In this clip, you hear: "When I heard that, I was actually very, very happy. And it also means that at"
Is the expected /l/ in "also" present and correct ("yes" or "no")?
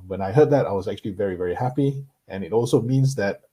yes